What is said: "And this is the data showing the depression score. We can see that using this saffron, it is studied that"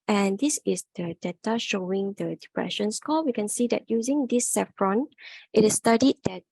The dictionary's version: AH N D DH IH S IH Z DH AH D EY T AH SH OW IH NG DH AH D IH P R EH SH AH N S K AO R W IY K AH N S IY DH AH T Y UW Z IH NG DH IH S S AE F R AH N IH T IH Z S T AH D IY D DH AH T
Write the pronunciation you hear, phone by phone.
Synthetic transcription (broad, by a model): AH N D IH S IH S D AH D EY T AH SH OW IH NG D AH D IH P R EH SH AH N S K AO L W IY K AH N S IY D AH T Y UW Z IH NG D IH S S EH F R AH N IH T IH S T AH D IY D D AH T